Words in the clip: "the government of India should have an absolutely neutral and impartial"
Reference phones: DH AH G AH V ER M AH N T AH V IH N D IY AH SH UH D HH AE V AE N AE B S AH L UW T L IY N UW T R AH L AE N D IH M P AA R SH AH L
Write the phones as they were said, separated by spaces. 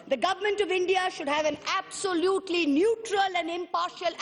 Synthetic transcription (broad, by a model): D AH G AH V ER M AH N T AH V IH N D IY AH SH UH D HH AE V AE N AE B S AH L UW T L IY N UW T R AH L AE N D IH M P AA R SH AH L